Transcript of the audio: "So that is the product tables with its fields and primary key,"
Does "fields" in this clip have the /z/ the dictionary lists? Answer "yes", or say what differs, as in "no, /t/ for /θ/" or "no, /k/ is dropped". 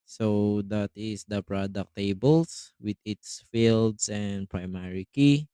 no, /s/ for /z/